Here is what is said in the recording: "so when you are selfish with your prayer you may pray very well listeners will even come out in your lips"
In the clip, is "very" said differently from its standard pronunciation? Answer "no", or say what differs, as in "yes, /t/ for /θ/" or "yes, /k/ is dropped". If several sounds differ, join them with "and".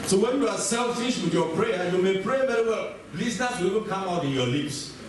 yes, /b/ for /v/